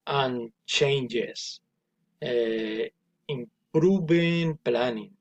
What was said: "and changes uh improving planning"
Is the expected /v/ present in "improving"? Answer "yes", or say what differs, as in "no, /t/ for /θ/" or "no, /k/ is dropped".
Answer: no, /b/ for /v/